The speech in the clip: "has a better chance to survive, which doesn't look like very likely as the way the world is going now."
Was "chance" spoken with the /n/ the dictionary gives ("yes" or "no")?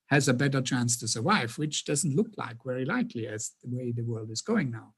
yes